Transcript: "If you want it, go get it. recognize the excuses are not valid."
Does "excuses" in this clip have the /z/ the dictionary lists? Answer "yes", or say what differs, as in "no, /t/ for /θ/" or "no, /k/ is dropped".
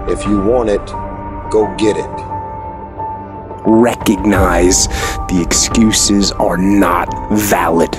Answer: yes